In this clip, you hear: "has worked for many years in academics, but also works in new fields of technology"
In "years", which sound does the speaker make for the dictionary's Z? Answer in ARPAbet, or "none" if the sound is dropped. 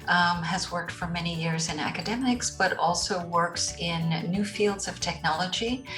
Z